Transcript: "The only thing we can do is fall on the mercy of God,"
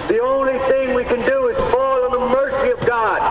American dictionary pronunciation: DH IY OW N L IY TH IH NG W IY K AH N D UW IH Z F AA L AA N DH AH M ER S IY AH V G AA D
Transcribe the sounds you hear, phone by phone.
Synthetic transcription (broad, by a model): DH IY OW N L IY TH IH NG W IY K AH N D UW IH Z F AA L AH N DH AH M ER S IY AH V G AA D